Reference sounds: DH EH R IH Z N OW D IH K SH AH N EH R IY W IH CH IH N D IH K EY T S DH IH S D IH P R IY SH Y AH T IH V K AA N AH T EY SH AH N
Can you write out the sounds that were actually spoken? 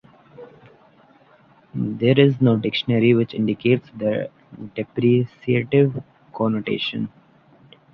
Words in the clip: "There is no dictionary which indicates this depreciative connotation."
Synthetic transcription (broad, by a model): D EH R IH Z N OW D IH K SH AH N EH R IY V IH CH IH N D IH K EY T S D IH D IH P R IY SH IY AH T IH V K AA N AH T EY SH AH N